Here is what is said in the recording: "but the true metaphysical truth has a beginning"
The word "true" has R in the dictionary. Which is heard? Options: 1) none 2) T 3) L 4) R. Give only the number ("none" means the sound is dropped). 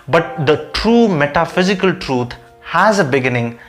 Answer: 4